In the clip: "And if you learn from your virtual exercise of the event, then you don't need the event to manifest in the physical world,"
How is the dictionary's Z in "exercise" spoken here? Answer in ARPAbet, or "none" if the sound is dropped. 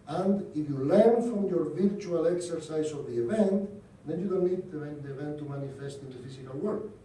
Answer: S